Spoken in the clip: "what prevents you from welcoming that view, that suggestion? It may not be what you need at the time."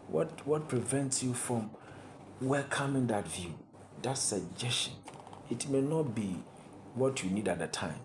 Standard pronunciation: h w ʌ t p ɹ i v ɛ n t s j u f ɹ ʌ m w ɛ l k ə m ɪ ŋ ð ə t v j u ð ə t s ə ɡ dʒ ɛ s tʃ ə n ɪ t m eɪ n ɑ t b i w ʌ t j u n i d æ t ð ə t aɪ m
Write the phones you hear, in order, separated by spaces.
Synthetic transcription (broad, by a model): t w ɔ t p ɹ i v ɛ n t s j u f ɹ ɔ m w ɛ l k ə m ɪ ŋ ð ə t v j u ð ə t s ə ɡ dʒ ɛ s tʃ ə n ɪ t m eɪ n ɑ t b i w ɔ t j u n i d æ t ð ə t aɪ m